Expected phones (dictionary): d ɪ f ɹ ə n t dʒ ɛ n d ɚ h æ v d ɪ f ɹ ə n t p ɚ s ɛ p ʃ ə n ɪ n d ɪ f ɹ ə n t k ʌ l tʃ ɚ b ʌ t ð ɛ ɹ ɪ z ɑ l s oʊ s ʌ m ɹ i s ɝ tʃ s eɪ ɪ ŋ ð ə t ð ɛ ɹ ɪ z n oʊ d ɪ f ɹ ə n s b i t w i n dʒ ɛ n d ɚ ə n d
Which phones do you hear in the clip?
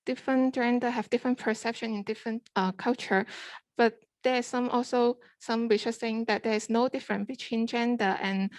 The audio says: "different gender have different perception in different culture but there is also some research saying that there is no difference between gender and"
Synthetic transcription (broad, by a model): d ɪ f ɹ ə n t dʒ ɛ n d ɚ h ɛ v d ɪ f ɹ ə n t p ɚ s ɛ p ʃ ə n ɪ n d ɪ f ɹ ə n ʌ k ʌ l tʃ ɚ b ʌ t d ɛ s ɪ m ɑ l s oʊ s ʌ m w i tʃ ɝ s eɪ ɪ ŋ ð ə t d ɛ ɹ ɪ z n oʊ d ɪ f ɹ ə n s b i t w i n dʒ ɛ n d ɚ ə n